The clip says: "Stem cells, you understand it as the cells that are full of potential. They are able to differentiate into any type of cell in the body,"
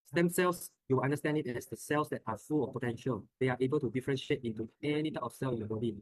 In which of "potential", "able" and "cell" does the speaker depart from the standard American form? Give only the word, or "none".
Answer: none